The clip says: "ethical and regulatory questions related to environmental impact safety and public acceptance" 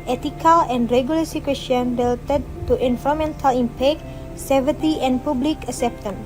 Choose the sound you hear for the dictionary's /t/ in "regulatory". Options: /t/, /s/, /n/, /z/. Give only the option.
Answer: /s/